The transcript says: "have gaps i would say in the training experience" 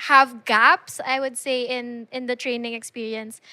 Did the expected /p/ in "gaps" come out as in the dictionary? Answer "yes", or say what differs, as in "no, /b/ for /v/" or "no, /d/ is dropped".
yes